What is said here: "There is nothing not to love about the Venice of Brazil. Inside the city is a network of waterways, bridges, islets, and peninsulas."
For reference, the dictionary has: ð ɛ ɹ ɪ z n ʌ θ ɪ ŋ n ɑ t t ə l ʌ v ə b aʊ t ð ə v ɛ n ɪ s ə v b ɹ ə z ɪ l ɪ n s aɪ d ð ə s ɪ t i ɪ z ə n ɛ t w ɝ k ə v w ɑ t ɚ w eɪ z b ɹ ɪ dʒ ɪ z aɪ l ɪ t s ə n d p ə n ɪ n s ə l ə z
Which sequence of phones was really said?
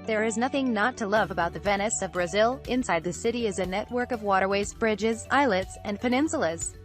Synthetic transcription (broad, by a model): ð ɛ ɹ ɪ z n ʌ θ ɪ ŋ n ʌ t t ə l ʌ v ə b aʊ t ð ə v ɛ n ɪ s ə v b ɹ ə z ɪ l ɪ n s aɪ d ð ə s ɪ t i ɪ z ə n ɛ t w ɝ k ə v w ɑ t ɚ w eɪ z b ɹ ɪ dʒ ɪ z aɪ l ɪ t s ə n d p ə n ɪ n s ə l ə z